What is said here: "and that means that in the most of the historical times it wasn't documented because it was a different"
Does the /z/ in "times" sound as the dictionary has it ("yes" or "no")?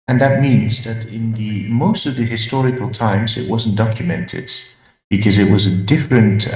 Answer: yes